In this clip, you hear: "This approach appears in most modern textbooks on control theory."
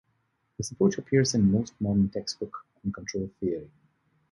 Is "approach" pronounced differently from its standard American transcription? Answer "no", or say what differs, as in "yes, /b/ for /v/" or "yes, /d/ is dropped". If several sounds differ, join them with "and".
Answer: yes, /ɹ/ is dropped